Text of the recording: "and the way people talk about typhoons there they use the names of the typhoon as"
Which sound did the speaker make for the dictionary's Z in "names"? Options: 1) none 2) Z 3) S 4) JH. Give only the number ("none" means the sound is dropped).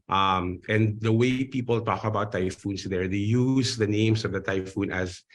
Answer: 3